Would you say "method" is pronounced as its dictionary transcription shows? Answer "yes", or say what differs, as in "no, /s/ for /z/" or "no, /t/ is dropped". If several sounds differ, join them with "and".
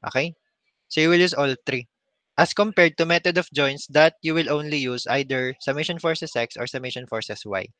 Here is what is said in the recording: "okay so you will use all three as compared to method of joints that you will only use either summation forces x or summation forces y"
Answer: no, /t/ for /θ/